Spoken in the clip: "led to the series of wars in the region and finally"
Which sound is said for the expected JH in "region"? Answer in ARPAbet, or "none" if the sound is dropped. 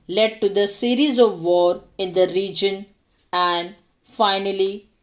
JH